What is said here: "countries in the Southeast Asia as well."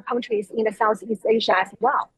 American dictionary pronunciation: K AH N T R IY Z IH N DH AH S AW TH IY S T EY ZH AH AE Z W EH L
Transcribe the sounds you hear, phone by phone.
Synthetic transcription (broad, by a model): K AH N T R IY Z IH N DH AH S AW TH IY S T EY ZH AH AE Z W EH L